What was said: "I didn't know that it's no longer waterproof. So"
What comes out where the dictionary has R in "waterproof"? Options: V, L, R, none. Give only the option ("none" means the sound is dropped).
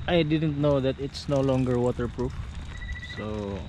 R